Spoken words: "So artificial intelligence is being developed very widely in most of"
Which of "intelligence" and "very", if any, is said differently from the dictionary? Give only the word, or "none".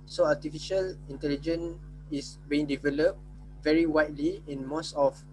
intelligence